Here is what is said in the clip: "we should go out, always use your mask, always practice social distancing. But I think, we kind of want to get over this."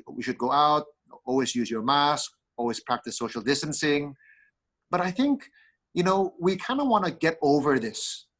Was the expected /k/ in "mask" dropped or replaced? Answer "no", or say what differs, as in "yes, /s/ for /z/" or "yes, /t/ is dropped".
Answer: no